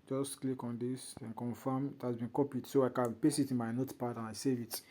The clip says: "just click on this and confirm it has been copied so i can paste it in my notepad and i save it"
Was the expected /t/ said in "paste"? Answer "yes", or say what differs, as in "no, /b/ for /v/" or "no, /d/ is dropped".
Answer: no, /t/ is dropped